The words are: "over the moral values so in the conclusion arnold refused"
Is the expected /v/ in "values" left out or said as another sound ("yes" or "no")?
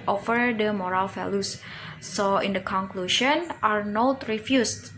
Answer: yes